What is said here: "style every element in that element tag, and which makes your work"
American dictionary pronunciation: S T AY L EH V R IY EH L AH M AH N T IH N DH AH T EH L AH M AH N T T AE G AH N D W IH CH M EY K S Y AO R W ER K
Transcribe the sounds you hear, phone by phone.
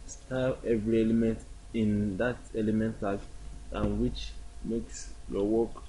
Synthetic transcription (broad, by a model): S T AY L EH V R IY EH L AH M AH N T IH N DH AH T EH L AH M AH N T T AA AH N W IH CH M EY K S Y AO W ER K